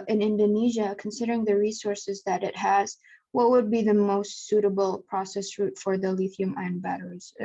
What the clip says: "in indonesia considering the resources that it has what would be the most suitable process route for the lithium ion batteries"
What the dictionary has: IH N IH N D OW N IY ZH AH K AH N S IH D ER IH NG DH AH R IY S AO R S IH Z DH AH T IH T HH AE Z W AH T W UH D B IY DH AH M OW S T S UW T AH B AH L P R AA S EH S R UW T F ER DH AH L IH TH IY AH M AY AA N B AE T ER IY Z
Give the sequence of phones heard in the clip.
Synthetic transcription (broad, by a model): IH N IH N D OW N IY ZH AH K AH N S IH D ER IH NG DH AH R IY S AO R S IH Z DH AH T IH T HH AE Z W AH T W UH D B IY DH AH M OW S T S UW T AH B L P R AA S EH S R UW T F ER DH AH L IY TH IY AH M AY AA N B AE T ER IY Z